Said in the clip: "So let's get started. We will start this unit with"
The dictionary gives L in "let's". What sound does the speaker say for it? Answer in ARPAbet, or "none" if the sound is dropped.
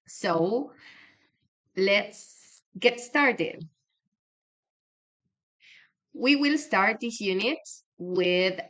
L